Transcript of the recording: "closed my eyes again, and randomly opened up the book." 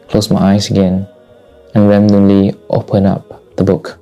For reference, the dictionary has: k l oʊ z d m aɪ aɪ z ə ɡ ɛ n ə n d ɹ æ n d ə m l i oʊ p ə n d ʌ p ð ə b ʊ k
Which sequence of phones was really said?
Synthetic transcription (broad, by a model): k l oʊ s m aɪ aɪ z ə ɡ ɛ n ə n ɹ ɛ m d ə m l i oʊ p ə n ʌ p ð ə b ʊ k